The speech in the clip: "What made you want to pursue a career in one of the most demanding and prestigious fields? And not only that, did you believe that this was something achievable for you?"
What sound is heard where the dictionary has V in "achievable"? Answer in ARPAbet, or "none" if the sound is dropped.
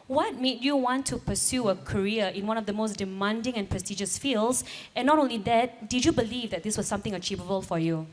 V